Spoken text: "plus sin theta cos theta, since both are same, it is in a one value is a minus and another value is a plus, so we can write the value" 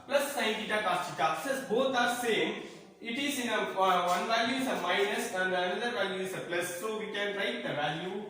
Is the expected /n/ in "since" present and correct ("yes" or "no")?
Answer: no